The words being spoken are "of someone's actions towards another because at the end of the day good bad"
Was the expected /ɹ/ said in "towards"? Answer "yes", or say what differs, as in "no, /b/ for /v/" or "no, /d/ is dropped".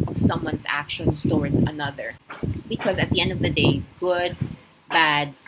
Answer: yes